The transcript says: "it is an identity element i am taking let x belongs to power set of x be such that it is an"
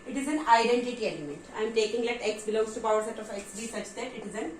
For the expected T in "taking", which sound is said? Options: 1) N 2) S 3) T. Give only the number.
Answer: 3